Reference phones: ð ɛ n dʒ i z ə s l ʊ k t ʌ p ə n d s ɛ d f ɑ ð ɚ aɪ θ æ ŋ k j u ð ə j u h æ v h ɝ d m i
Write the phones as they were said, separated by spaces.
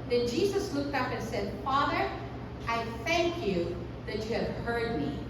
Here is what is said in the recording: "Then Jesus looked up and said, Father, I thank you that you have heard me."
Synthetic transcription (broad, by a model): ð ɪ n dʒ i z ə s l ʊ k t ʌ p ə n s ɛ d f ɑ ð ɚ aɪ θ æ ŋ k j u ð ə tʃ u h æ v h ɝ d m i